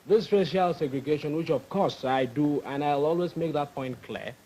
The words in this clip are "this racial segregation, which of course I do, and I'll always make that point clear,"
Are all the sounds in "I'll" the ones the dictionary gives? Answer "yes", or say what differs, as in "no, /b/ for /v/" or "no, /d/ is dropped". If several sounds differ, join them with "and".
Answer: yes